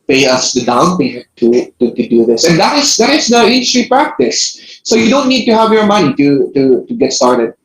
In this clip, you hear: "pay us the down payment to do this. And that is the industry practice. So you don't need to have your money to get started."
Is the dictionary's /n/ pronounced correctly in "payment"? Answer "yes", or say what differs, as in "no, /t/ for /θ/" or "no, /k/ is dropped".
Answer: no, /n/ is dropped